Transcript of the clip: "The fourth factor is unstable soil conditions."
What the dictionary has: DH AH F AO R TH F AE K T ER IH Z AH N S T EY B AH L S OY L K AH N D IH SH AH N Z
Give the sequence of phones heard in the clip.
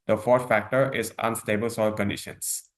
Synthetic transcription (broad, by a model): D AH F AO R T F AE K T ER IH Z AH N S T EY B AH L S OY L K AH N D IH SH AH N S